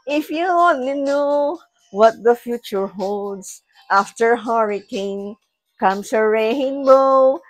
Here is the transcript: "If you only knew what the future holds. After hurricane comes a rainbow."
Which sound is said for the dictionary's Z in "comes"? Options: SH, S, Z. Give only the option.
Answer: S